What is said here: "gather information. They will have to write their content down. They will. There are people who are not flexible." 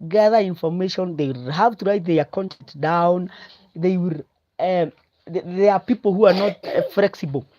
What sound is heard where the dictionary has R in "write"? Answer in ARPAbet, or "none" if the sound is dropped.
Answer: R